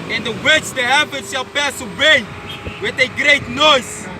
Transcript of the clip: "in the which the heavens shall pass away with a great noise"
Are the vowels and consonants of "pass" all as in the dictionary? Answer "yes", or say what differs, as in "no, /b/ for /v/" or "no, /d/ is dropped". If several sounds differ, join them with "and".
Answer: yes